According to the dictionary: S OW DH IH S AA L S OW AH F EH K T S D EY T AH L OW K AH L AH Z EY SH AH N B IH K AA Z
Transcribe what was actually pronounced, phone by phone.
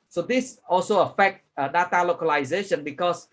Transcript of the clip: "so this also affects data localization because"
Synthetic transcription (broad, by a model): S OW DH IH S AA L S OW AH F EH K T D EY T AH L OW K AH L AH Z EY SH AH N B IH K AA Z